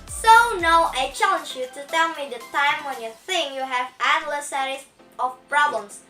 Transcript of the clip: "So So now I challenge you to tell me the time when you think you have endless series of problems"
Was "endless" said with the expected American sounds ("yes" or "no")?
no